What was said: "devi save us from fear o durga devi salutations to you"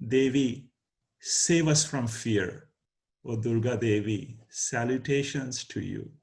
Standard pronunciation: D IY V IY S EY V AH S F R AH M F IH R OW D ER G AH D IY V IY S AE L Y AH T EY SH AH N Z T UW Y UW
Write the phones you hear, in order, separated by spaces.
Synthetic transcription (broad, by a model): D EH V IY S EY V AH S F R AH M F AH R OW D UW G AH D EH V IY S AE L Y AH T EY SH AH N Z T UW Y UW